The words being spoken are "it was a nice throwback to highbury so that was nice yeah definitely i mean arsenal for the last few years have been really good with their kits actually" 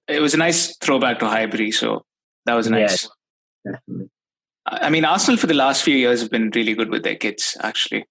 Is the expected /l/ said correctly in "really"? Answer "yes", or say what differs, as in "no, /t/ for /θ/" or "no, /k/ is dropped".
yes